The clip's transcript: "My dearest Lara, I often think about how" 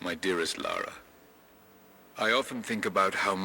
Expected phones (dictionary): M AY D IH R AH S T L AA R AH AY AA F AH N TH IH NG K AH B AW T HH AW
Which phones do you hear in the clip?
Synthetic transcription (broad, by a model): M AY D IH R AH S T L AA R AH AY AA F AH N TH IH NG K AH B AW T HH AW